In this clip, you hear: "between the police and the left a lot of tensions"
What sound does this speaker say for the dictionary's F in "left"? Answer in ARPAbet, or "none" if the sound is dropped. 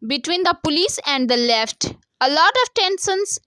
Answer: F